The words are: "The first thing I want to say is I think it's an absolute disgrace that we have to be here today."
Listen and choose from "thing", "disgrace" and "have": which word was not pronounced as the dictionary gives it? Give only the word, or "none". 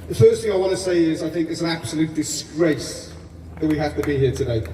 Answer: have